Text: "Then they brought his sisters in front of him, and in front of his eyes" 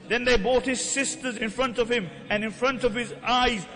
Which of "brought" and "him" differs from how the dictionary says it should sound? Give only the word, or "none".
brought